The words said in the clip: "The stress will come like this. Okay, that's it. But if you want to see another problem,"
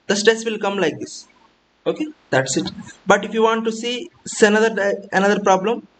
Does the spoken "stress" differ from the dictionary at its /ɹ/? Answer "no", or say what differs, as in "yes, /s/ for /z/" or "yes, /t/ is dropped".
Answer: yes, /ɹ/ is dropped